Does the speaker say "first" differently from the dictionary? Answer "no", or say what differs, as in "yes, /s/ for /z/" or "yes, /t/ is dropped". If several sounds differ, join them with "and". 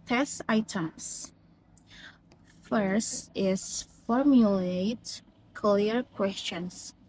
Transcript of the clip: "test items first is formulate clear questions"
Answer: no